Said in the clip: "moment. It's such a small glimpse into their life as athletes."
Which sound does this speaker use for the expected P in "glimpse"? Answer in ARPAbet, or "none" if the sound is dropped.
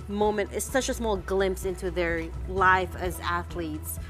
P